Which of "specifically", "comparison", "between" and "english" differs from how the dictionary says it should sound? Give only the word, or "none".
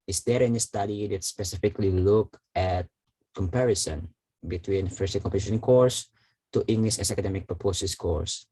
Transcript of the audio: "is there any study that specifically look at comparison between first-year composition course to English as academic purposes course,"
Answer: none